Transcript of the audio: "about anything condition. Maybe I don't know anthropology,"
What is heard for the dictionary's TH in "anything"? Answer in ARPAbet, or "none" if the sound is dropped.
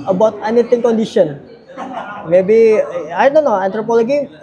T